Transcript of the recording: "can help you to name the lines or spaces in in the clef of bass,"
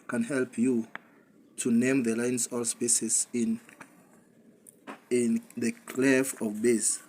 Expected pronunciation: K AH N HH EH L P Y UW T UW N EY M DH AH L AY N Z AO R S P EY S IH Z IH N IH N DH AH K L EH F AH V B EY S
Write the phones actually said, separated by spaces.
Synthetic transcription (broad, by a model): K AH N HH EH L P Y UW T UW N EY M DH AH L AY N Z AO L S P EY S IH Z N IH N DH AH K L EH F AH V B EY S